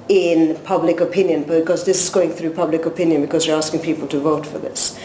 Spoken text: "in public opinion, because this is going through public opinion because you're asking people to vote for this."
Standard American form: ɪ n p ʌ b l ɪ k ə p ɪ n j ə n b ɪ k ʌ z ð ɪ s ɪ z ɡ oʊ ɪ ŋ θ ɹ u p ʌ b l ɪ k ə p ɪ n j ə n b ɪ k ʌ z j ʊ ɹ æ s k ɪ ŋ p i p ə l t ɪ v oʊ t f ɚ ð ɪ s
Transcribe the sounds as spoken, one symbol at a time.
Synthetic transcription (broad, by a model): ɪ n p ʌ b l ɪ k ə p ɪ n j ə n b ɪ k ʌ z ð ɪ s ɪ z ɡ oʊ ɪ ŋ θ ɹ u p ʌ b l ɪ k ə p ɪ n j ə n b ɪ k ʌ z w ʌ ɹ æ s k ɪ ŋ p i p ə l t ɪ v oʊ t f ɚ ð ɪ s